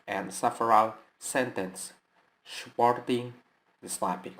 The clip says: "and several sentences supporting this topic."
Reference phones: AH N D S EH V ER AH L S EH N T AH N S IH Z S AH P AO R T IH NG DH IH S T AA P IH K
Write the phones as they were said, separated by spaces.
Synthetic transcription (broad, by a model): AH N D S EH F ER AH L S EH N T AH N S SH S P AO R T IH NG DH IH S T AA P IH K